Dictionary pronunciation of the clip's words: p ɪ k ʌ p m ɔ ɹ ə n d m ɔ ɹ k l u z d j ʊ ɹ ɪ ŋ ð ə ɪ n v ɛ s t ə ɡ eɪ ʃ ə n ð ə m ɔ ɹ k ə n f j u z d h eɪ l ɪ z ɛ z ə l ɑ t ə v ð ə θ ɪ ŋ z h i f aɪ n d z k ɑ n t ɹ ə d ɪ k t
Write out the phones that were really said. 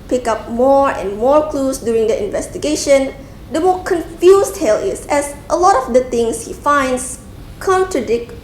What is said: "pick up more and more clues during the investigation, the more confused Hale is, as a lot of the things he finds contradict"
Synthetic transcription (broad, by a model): p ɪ k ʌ p m ɔ ɹ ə n m ɔ ɹ k l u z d j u ɹ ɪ ŋ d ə ɪ n v ɛ s t ə ɡ eɪ ʃ ə n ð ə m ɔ k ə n f j u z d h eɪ l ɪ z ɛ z ə l ɑ t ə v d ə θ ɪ ŋ s h i f aɪ n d s k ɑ n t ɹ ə d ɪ k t